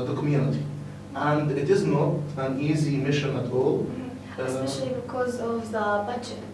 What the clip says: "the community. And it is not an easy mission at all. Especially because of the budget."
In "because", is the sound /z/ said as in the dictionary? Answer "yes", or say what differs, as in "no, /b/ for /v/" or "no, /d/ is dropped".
yes